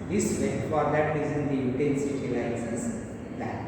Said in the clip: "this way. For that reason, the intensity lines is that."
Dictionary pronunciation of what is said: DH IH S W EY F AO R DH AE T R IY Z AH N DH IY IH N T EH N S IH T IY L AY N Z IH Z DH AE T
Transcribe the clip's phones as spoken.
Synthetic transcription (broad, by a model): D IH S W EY F AO R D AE T R IY Z AH N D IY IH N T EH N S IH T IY L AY Z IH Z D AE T